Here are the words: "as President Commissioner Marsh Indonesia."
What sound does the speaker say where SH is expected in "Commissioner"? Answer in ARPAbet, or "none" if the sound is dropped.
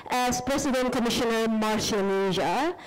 SH